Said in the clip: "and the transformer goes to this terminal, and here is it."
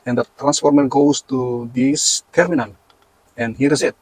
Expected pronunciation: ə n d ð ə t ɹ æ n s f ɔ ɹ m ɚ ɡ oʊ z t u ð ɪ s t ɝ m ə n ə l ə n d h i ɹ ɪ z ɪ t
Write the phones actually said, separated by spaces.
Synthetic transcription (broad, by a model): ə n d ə t ɹ æ n s f ɔ ɹ m ɚ ɡ oʊ s t u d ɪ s t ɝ m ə n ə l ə n h i ɹ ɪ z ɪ t